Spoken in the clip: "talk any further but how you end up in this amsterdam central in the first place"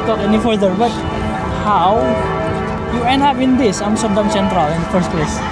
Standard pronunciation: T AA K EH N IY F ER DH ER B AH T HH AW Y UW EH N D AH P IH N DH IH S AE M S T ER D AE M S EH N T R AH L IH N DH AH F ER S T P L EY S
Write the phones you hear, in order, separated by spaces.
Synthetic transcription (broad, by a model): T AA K EH N IY F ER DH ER B AH T HH AW Y UW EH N AA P IH N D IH S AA M S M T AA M S EH N T R AH L IH N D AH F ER S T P L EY S